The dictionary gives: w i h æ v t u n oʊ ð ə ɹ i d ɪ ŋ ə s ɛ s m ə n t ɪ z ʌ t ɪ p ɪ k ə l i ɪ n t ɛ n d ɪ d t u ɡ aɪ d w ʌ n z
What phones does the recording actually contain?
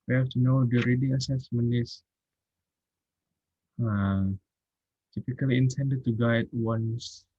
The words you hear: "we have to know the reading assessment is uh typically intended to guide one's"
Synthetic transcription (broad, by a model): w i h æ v t u n oʊ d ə ɹ i d ɪ ŋ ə s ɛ s m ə n ɪ s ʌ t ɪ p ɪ k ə l i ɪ n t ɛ n d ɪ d t u ɡ aɪ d w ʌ n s